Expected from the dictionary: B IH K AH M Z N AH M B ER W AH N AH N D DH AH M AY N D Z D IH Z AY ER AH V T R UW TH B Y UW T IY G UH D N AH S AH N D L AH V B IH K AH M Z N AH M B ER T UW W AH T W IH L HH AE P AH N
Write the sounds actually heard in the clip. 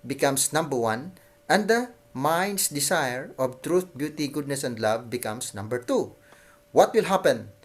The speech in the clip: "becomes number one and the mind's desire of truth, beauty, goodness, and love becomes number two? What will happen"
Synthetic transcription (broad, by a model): B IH K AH M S N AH M B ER W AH N AH N D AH M AY N D S D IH S AY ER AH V T R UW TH B Y UW T IY G UH D N AH S AH N D L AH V B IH K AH M S N AH M B ER T UW W AH T W IH L HH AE P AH N